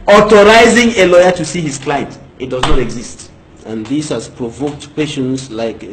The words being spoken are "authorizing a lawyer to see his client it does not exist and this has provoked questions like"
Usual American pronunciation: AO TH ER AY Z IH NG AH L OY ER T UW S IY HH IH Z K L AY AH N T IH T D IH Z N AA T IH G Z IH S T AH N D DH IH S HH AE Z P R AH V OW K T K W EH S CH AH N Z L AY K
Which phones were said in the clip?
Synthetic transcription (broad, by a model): AO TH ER AY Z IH NG AH L OY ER T UW S IY HH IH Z K L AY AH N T IH T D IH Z N AA T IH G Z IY S T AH N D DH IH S HH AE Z P R AH V OW K T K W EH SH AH N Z L AY K